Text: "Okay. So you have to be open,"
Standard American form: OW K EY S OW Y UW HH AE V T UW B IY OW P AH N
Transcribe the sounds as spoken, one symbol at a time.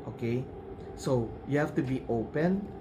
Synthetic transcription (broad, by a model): OW K EY S OW Y UW HH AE F T UW B IY OW P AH N